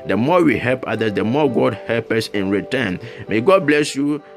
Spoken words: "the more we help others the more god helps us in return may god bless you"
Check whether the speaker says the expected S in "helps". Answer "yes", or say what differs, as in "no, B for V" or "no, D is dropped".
no, S is dropped